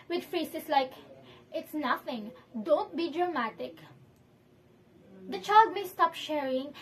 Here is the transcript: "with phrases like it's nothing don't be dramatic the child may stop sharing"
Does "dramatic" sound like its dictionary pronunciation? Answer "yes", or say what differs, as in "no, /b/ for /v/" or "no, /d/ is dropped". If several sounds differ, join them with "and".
yes